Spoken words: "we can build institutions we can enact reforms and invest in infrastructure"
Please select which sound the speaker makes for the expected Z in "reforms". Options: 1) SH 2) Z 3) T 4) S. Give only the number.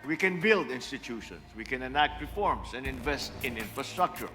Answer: 4